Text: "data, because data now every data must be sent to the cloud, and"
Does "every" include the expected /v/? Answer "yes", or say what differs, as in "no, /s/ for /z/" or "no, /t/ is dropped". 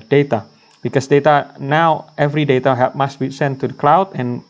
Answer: yes